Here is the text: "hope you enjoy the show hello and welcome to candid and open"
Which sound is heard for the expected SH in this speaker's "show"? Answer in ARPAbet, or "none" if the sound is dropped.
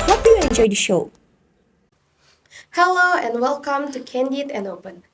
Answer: SH